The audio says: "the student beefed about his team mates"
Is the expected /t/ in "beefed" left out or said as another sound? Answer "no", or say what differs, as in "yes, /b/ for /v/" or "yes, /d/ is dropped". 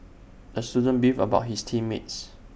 yes, /t/ is dropped